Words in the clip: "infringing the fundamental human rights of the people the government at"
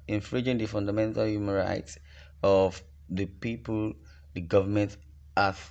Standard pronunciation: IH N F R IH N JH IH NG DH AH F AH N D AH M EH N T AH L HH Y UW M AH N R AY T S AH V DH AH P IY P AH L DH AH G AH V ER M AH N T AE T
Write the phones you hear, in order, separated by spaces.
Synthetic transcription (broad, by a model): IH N F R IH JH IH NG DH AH F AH N D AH M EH N T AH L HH Y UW M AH N R AY T S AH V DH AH P IY P AH L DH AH G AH V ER M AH N T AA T